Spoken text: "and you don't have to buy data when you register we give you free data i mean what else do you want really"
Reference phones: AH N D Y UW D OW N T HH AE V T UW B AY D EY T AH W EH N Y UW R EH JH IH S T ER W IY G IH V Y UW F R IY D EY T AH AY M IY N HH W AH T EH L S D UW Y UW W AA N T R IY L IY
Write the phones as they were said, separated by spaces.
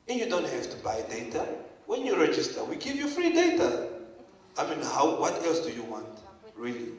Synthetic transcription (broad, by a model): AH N Y UW D OW N T HH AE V T UW B AY D EY T AH W EH N Y UW R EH JH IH S T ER W IY G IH V Y UW F R IY D EY T AH AY M IY N HH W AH T EH L S D UW Y UW W AA N T R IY L IY